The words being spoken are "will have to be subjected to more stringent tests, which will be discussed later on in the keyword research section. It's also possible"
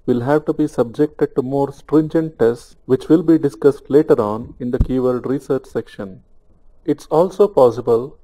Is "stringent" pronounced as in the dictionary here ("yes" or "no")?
yes